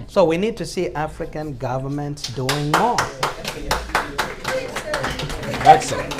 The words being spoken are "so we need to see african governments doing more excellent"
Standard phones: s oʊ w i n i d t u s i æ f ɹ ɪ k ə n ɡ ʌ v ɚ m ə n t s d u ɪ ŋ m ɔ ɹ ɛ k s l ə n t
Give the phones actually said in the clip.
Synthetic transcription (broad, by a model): s oʊ w i n i d t u s i æ f ɹ ɪ k ə n ɡ ʌ v ɚ m ə n t s d u ɪ ŋ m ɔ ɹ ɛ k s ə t